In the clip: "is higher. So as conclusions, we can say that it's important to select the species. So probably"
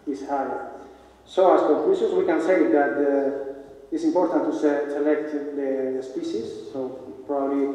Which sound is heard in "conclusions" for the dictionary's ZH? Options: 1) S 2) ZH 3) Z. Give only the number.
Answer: 1